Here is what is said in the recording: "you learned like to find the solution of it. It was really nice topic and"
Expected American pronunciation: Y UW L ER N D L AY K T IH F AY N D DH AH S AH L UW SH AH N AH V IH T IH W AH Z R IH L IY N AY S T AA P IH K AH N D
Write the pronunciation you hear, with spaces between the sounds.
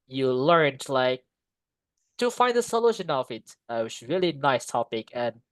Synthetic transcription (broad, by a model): Y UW L ER N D L AY K T IH F AY N D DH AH S AH L UW SH AH N AH V IH T IH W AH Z R IH L IY N AY S T AA P IH K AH N